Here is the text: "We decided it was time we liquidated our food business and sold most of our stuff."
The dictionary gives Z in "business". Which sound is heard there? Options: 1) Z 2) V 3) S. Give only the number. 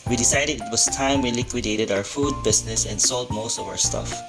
3